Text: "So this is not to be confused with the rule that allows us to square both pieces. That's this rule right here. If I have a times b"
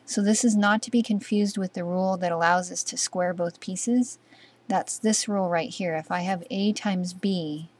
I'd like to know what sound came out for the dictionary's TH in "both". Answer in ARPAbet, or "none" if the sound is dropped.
TH